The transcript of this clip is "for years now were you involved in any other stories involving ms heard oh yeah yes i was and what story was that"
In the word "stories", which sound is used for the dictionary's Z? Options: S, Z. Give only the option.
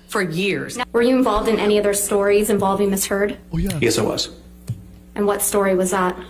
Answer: Z